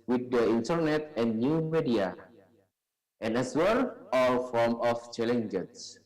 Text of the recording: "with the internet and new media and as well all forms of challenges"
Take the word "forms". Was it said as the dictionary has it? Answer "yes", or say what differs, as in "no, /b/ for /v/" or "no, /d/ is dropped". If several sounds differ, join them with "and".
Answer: no, /z/ is dropped